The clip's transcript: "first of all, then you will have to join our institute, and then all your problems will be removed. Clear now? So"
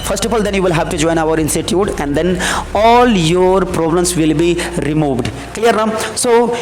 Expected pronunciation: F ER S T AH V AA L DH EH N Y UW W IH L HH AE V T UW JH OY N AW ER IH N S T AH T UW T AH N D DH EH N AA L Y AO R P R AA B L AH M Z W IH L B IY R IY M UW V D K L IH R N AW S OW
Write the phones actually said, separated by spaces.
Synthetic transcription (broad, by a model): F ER S T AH F AA L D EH N Y UW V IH L HH AE V T UW JH OY N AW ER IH N S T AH T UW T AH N D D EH N AA L Y AO R P R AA B L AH M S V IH L B IY R IY M UW V D K L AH R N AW S OW